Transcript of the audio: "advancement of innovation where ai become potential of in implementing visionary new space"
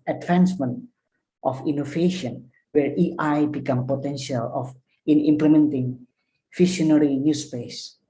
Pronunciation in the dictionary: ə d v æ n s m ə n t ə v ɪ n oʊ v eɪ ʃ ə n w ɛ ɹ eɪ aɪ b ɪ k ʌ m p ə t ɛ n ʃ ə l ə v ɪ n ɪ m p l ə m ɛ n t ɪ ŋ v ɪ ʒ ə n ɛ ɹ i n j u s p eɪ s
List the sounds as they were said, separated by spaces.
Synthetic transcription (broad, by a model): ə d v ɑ n s m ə n t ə f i n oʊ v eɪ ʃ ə n w ɛ ɹ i aɪ b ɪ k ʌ m p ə t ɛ n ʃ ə l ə f ɪ n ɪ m p l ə m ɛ n t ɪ ŋ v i ʃ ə n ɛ ɹ i n j u s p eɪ s